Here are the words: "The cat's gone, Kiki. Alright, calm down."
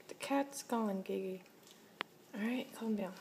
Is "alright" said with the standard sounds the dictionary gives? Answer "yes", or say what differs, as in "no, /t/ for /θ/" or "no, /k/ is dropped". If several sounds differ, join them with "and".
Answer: no, /l/ is dropped